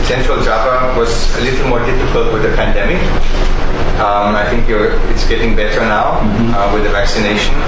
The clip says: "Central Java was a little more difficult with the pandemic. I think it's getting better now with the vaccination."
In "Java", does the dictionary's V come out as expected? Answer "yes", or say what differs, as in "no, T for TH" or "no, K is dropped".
no, P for V